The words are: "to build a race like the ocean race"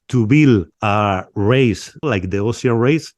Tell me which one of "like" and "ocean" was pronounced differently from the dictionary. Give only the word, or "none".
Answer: ocean